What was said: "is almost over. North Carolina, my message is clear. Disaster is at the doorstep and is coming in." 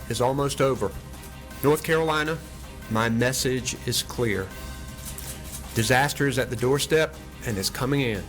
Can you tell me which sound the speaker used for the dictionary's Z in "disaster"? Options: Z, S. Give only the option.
Z